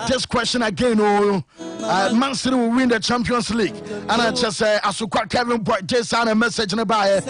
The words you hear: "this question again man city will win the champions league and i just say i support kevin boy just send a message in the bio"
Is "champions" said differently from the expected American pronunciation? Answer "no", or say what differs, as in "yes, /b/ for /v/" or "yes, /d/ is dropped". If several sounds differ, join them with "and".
yes, /s/ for /z/